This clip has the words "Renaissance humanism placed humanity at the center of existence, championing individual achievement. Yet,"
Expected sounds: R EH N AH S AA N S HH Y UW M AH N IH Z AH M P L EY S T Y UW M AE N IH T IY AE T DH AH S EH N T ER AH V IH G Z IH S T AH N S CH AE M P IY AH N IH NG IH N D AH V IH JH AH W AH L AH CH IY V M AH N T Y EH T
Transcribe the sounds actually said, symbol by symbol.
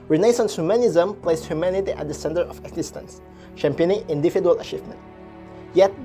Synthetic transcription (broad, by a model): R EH N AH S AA N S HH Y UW M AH N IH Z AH M P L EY S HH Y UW M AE N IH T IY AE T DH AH S EH N T ER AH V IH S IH S T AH N S SH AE M P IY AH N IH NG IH N D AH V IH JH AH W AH L AH CH IY V M AH N T Y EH T